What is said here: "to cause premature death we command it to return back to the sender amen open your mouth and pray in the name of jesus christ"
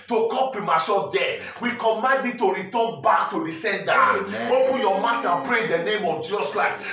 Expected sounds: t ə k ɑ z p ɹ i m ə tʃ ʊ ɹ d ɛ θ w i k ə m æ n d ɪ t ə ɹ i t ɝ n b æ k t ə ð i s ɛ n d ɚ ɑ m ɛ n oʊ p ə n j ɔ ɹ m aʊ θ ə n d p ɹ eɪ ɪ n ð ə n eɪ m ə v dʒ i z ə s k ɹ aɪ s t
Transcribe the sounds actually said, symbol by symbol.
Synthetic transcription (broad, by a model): t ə k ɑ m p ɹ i m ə s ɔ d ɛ w i k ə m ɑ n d ɪ t ə ɹ i t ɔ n b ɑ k t ə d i s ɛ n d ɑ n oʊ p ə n j ɔ m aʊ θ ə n p ɹ eɪ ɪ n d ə n eɪ m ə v dʒ i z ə s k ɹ aɪ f